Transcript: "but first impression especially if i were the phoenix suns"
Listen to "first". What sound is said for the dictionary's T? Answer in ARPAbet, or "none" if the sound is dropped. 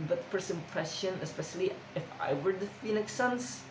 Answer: none